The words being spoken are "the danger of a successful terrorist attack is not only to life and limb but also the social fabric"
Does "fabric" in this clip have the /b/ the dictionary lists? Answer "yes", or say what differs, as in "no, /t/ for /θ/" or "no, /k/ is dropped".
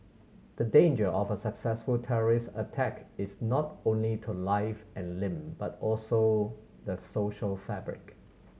yes